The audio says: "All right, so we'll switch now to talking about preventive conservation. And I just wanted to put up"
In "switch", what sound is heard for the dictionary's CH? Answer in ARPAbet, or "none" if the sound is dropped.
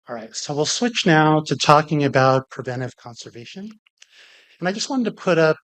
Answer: CH